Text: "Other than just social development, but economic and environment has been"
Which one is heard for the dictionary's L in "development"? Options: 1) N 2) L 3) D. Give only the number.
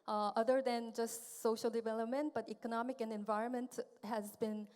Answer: 2